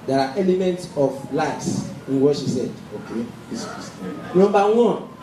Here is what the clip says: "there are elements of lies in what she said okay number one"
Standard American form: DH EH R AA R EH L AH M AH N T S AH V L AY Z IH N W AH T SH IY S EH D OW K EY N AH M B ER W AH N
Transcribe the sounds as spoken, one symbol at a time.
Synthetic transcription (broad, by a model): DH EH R AA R EH L AH M AH N T S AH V L AY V IH N W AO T SH IY S EH D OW K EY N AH M B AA W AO N